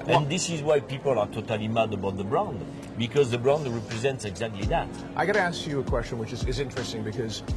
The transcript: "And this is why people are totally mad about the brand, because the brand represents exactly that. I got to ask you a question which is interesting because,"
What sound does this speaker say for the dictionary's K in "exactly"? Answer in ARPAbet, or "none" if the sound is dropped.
K